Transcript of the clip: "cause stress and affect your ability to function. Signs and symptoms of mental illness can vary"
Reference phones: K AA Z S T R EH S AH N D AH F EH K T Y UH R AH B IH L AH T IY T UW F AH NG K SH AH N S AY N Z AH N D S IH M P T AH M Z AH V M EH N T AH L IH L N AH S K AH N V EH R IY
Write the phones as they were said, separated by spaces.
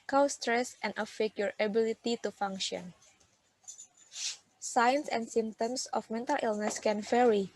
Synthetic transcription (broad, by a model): K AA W S T R EH S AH N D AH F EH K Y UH R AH B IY L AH T IY T UW F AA NG K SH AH N S AY N S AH N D S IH M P T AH M S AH F M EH N T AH L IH L N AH S K AH N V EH R IY